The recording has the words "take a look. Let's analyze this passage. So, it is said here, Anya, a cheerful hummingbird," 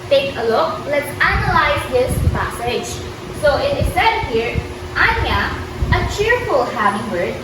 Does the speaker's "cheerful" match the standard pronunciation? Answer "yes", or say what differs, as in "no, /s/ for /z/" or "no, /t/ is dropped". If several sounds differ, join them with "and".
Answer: yes